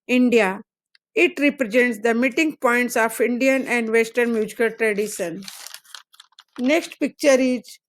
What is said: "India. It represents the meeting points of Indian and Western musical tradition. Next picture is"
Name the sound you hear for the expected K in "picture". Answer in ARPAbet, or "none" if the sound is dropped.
K